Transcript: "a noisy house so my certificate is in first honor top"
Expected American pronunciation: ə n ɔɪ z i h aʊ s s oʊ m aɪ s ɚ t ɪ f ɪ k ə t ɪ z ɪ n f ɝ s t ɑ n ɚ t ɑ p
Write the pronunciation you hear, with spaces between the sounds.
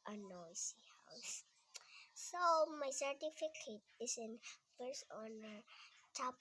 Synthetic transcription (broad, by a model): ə n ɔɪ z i h aʊ s s oʊ m aɪ s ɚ t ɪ f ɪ k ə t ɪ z ɪ n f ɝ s ɑ n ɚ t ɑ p